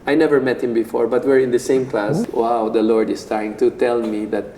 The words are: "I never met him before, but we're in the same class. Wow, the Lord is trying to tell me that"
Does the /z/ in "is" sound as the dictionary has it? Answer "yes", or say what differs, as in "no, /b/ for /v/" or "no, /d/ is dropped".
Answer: no, /s/ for /z/